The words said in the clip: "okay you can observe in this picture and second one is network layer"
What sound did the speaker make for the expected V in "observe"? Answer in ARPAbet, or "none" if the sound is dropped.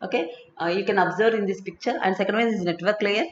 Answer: V